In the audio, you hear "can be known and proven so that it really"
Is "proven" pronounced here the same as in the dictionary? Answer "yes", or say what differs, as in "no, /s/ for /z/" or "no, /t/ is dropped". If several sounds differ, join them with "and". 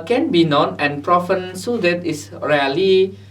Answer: no, /f/ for /v/